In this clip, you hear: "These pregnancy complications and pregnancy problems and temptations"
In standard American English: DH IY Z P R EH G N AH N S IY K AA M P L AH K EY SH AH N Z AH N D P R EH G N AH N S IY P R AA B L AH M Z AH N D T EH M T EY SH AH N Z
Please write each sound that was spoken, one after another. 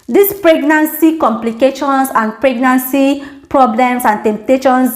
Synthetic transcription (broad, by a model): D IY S P R EH G N AH N S IY K AA M P L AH K EY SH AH N S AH N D P R EH G N AH N S IY P R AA B L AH M S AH N T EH M T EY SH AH N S